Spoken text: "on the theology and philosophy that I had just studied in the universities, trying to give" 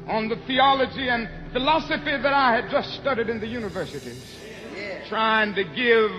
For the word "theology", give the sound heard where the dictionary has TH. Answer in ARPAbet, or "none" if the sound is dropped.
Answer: TH